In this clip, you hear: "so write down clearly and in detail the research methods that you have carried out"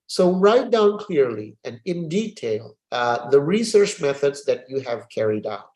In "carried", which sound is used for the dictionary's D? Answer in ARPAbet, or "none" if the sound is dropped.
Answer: D